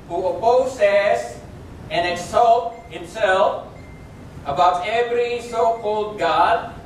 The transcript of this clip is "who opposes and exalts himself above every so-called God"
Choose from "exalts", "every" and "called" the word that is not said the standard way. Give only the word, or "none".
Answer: exalts